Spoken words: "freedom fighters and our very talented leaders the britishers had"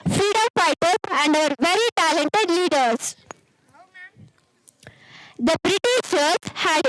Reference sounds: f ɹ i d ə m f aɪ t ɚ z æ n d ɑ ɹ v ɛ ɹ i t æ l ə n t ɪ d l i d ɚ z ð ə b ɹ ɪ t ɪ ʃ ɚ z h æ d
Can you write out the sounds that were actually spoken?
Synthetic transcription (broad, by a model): f ɹ i d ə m p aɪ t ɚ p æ n d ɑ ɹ v ɛ ɹ i t æ l ə n t ɪ d l i d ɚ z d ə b ɹ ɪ t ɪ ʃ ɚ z h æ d